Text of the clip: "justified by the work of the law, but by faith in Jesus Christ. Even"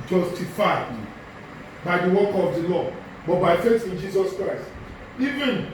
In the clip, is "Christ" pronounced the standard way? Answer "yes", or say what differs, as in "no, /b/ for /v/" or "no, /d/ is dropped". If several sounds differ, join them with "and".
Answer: yes